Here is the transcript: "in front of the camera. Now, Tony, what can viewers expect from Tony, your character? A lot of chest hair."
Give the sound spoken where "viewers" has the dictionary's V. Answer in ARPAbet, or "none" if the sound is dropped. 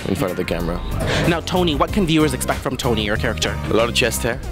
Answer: V